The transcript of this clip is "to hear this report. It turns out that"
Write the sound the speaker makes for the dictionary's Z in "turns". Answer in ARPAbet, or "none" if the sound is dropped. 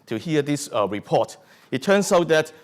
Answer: S